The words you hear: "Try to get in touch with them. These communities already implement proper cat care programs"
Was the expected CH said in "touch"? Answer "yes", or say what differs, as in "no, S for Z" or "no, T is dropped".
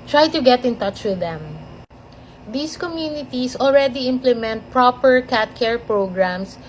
yes